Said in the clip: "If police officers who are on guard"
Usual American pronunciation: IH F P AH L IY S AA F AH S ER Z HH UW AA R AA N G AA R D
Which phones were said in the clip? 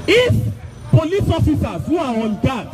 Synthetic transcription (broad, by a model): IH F P AH L IY S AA F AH S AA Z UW AA W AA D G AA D